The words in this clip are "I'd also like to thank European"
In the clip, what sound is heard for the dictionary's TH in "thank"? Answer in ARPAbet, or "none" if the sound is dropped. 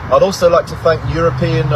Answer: TH